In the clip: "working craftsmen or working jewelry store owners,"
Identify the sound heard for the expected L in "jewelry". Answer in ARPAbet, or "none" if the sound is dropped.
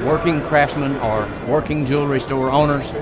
L